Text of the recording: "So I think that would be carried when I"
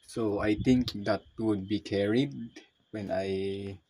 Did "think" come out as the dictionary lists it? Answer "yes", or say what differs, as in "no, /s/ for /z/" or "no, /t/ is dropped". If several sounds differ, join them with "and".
no, /t/ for /θ/